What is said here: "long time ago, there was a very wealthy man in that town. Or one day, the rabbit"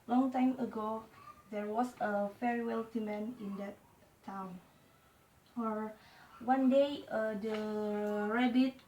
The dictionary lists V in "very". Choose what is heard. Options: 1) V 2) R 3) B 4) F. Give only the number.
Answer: 4